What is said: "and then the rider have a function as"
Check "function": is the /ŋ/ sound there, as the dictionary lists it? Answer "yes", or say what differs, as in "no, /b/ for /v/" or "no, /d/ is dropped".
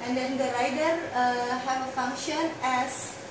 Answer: yes